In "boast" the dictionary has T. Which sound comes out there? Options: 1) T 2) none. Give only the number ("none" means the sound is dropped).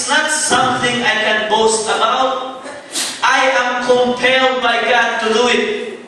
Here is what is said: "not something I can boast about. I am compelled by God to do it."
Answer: 1